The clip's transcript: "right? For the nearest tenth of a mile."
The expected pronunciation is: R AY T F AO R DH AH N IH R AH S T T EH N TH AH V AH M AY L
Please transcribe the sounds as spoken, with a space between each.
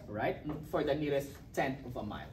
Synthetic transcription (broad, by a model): R AY T F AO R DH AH N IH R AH S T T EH N T AH V AH M AY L